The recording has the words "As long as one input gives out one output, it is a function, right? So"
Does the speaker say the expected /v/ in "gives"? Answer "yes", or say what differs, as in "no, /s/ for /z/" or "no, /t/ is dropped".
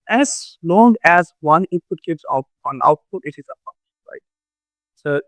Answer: no, /b/ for /v/